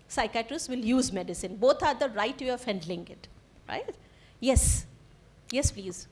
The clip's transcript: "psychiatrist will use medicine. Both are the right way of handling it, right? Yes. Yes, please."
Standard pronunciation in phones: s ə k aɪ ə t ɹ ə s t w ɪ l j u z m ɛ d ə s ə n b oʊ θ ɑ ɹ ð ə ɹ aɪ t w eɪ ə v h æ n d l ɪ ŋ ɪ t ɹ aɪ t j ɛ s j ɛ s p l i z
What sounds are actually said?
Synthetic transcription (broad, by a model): s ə k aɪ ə t ɹ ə s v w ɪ l j u z m ɛ d ə s ə n b oʊ t ɑ ɹ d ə ɹ aɪ t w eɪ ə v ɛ n d l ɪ ŋ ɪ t ɹ aɪ t j ɛ s j ɛ s p l i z